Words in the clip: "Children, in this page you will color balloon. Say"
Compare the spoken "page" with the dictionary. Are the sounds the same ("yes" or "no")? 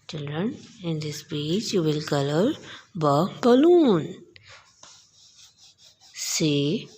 no